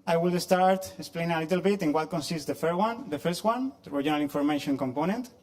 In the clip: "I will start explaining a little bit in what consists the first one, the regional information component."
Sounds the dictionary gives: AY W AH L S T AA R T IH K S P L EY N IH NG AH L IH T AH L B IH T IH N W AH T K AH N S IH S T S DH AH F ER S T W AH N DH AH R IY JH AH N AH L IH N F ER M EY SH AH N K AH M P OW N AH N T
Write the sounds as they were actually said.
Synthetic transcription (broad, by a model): AY W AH L S T AA R T IH K S P L EY N IH NG AH L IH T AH L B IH T IH N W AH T K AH N S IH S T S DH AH F ER S T W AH N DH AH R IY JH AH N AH L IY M F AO M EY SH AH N K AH M P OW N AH N T